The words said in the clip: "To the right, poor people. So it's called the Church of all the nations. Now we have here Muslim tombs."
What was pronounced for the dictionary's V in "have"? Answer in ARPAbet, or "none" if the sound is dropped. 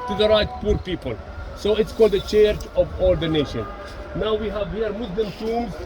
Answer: V